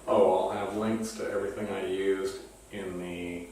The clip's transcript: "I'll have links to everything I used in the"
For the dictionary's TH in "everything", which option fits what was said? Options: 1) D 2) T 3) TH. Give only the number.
3